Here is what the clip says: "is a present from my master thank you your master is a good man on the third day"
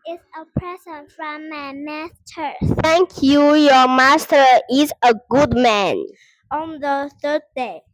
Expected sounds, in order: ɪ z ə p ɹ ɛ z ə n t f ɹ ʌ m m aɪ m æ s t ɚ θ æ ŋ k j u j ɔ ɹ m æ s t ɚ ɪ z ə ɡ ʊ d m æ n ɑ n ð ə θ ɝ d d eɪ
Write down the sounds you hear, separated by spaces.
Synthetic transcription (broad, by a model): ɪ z ə p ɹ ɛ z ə n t f ɹ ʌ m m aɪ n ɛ s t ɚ s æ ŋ k j u j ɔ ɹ m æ s t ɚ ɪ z ə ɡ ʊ d m æ n ɑ n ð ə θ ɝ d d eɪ